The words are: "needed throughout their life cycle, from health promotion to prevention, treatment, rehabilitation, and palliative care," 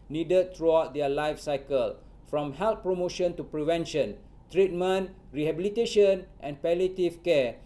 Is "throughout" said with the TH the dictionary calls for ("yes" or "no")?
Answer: no